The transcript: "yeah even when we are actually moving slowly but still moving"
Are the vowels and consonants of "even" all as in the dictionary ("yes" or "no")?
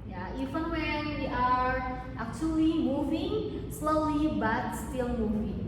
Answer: no